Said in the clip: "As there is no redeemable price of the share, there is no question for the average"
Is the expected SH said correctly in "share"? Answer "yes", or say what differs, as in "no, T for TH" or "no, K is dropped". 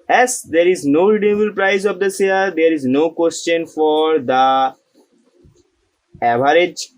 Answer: no, S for SH